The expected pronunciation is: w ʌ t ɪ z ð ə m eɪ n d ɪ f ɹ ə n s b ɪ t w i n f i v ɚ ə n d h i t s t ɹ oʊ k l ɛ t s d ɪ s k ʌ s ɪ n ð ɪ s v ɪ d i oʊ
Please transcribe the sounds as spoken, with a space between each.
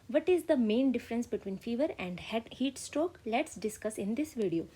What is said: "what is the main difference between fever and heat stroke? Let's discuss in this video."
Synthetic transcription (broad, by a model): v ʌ t ɪ z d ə m eɪ n d ɪ f ɹ ə n s b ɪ t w i n f i v ɚ ə n d h i t s t ɹ oʊ k l ɛ t s d ɪ s k ʌ s ɪ n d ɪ s v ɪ d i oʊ